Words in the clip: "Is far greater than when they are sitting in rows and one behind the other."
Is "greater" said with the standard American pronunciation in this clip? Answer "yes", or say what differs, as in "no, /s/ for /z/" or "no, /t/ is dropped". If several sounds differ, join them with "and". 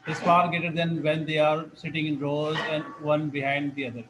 no, /ɹ/ is dropped